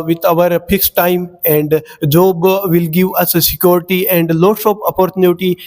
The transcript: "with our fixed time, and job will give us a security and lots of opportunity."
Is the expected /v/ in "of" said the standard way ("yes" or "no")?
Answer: no